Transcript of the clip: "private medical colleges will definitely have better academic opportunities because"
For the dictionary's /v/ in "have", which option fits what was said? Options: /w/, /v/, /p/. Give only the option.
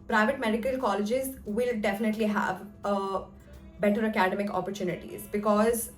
/v/